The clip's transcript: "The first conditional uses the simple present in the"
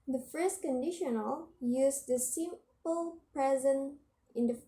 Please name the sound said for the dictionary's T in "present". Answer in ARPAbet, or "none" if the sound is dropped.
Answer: none